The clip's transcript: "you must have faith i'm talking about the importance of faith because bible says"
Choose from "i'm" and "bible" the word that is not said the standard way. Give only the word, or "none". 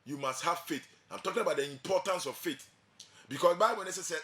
bible